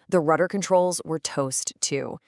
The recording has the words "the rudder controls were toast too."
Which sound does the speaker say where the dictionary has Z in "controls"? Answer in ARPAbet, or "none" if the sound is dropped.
Z